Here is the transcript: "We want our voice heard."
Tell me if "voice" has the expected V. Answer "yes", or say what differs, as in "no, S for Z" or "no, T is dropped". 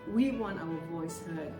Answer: yes